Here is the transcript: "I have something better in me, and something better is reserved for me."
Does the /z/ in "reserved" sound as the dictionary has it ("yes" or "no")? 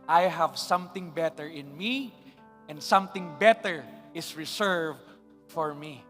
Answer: no